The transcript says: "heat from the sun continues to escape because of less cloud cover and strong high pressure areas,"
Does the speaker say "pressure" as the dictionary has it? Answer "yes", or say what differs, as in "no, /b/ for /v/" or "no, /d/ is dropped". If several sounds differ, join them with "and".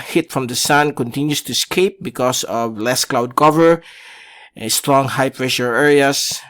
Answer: yes